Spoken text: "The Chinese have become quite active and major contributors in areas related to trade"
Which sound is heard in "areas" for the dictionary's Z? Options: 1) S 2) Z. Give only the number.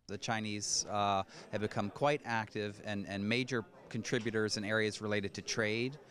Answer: 2